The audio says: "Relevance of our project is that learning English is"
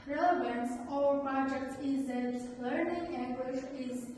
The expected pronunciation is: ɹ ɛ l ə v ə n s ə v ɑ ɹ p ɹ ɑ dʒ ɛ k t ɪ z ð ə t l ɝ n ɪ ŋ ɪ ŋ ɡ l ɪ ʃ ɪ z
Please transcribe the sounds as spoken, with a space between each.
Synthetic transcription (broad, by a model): ɹ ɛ l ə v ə n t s ɑ ɹ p ɹ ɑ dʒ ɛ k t ɪ z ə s l ɝ n ɪ ŋ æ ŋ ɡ w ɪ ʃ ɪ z